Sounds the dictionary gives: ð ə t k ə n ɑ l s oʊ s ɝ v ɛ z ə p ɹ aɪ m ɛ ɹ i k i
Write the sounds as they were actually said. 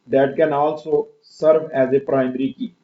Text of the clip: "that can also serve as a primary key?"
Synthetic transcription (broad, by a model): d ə t k ə n ɑ l s oʊ s ɝ v ɛ z ə p ɹ aɪ m ɹ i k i